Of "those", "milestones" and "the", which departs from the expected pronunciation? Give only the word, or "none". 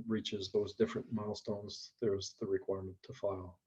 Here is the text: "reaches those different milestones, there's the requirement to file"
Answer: none